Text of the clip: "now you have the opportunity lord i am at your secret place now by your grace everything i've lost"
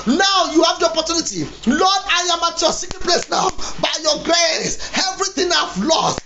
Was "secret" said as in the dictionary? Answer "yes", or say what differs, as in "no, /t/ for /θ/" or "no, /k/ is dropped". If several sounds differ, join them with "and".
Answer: no, /ɹ/ is dropped